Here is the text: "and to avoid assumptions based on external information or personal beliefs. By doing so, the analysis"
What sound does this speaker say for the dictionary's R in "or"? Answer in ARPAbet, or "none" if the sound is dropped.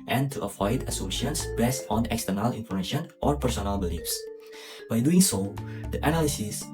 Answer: R